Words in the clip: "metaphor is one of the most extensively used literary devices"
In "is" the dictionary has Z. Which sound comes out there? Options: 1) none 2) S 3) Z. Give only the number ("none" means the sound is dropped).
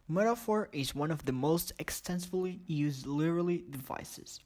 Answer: 3